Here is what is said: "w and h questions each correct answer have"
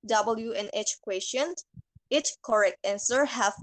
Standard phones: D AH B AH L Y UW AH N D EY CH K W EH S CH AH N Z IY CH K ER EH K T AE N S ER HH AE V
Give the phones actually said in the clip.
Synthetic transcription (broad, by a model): D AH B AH L Y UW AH N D EY CH K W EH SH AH N IY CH K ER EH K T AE N S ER HH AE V